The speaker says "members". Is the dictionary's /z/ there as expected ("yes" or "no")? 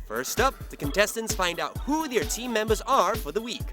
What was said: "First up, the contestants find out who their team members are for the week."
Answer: yes